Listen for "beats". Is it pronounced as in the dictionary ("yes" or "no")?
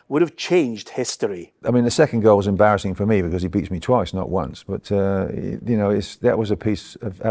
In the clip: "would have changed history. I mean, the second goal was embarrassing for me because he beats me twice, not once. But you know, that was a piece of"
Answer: yes